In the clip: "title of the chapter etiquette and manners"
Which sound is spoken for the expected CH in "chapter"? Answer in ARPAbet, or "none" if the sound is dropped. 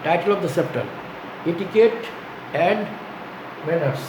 S